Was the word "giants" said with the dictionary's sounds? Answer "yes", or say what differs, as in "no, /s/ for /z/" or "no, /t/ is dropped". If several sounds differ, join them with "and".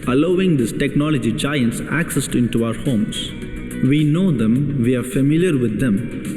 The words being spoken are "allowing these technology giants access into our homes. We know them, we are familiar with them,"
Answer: yes